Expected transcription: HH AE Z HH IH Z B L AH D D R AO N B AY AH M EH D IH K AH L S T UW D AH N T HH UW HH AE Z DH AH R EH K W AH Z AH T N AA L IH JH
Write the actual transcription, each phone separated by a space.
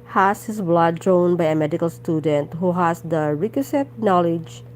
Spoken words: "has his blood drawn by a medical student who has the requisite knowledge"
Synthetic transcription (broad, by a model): HH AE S HH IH S B L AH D D R AO N B AY AH M EH D IH K AH L S T UW D AH N T HH UW HH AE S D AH R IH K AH S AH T N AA L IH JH